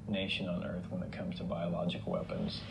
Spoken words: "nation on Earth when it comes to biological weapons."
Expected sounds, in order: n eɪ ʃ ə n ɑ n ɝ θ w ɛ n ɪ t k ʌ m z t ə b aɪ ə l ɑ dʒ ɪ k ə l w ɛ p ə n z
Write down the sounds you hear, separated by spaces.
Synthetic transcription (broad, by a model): n eɪ ʃ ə n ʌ n ɝ θ w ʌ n ɪ t k ʌ m z t ə b aɪ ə l ɑ dʒ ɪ k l w ɛ p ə n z